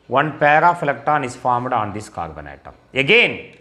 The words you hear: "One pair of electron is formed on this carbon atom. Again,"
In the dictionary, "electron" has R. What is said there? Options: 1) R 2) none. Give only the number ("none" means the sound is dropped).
2